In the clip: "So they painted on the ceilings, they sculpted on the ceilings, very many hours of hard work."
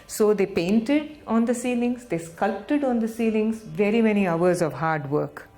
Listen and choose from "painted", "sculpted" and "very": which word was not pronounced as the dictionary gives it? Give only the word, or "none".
none